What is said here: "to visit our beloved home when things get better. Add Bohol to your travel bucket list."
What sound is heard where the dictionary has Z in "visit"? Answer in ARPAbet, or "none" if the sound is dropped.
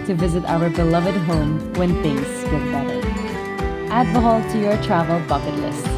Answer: Z